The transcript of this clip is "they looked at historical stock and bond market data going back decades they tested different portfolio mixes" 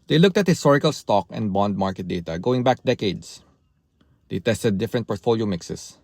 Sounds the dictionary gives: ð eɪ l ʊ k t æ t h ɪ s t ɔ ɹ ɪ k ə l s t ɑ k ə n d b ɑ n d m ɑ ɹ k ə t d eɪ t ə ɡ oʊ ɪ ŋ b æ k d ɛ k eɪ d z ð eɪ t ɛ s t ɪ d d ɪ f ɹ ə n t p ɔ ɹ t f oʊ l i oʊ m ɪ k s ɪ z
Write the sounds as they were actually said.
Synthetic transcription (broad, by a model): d eɪ l ʊ k t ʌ t h ɪ s t ɔ ɹ ɪ k ə l s t ɑ k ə n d b ɑ n d m ɑ ɹ k ə t d eɪ t ə ɡ oʊ ɪ ŋ b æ k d ɛ k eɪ d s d eɪ t ɛ s t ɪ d d ɪ f ɹ ə n t p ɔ ɹ t f oʊ l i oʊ m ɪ k s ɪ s